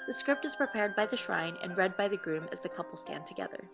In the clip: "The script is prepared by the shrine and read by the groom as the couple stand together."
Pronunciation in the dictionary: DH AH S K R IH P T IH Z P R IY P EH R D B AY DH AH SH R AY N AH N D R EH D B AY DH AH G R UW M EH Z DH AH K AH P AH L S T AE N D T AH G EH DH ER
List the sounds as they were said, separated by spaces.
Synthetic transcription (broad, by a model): DH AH S K R IH P T IH Z P R IY P EH R D B AY DH AH SH R AY N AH N R EH D B AY DH AH G R UW M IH Z DH AH K AH P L S T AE N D T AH G EH DH ER